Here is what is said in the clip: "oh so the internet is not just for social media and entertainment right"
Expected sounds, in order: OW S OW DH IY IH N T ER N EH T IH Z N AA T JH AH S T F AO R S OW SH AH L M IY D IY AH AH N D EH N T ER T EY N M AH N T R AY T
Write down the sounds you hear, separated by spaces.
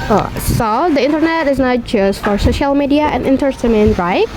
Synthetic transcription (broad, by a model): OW S OW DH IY IH N T ER N EH T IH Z N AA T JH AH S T F AO R S OW SH AH L M IY D IY AH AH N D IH N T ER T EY M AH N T R AY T